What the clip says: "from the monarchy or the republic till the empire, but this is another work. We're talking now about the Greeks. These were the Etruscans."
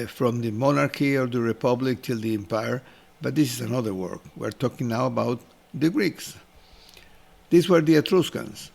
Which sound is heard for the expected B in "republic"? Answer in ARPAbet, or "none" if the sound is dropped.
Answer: B